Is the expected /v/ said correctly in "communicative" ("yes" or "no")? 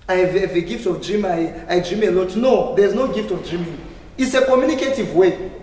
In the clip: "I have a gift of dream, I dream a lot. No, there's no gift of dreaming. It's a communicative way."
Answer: yes